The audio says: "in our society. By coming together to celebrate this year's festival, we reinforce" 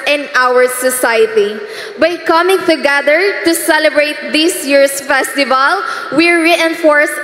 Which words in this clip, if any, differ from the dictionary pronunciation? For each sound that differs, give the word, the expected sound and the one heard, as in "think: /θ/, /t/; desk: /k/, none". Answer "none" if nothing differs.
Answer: year's: /z/, /s/